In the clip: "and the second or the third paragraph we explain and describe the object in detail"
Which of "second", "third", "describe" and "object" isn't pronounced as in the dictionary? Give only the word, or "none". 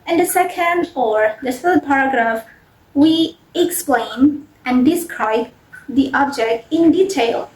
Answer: third